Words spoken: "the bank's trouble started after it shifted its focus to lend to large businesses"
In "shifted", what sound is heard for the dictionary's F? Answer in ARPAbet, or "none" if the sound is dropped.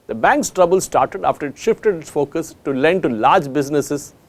F